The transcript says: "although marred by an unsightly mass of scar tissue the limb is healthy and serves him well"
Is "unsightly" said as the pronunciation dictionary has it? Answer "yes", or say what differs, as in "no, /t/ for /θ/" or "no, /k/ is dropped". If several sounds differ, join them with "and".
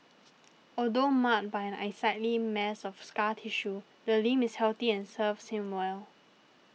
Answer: no, /n/ is dropped